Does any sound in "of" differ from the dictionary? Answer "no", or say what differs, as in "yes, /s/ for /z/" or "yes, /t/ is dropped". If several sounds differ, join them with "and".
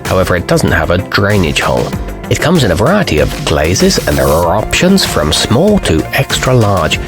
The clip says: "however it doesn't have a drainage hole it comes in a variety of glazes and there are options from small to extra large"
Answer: no